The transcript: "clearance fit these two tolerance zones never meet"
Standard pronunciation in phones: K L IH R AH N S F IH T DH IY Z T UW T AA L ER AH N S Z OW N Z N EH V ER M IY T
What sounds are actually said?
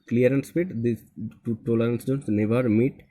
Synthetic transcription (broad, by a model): K L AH R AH N S P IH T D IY T UW T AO L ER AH N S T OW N S N EH V ER M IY T